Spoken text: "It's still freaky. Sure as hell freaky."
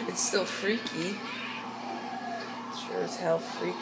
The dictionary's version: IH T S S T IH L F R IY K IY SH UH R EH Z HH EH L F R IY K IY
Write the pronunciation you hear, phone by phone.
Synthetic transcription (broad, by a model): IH T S S T IH L F R IY K IY S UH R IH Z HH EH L F R IY K